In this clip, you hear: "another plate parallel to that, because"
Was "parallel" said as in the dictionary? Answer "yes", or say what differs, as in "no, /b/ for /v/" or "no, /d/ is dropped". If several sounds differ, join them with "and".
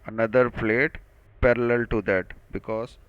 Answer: yes